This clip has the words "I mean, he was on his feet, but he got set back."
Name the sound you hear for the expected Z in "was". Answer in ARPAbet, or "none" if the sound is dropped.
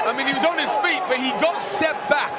Z